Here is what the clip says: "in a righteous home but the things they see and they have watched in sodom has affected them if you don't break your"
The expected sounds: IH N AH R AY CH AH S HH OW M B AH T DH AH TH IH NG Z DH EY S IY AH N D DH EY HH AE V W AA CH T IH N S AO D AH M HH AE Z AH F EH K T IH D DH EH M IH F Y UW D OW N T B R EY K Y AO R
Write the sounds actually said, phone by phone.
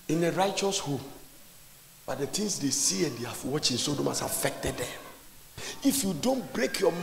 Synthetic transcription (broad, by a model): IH N AH R AY CH AH S HH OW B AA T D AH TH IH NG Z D EY S IY AH N D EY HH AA F W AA CH IH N S AO D AH M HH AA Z AH F EH K T IH D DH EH M IH F Y UW D OW N T B R EY K Y AO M